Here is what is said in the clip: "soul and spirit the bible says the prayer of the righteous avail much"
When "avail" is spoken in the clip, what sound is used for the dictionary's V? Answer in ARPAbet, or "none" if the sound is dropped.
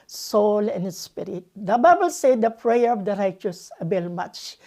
B